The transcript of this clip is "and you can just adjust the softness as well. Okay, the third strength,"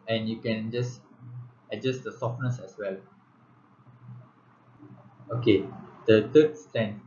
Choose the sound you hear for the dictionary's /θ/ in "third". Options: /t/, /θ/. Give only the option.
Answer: /t/